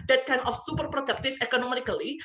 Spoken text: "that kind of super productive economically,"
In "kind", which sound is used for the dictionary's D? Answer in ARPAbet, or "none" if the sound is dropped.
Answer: none